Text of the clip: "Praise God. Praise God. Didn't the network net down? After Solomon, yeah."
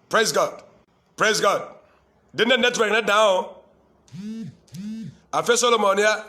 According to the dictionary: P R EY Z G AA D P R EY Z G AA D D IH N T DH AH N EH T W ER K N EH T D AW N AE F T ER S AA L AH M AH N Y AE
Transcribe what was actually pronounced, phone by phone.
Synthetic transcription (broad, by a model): P R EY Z G AA D P R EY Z G AA D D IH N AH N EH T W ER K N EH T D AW AA F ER S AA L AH M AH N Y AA